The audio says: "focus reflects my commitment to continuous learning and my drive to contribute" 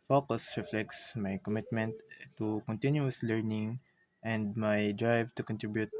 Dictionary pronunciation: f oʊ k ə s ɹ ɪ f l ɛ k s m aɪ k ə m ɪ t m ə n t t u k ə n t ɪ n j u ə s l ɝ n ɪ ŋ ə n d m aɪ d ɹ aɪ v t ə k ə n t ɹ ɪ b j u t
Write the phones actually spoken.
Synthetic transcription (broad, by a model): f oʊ k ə s ɹ ɪ f l ɛ k s m aɪ k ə m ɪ t m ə n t t u k ə n t ɪ n j u ə s l ɝ n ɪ ŋ ə n d m aɪ d ɹ aɪ v t ə k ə n t ɹ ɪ b j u t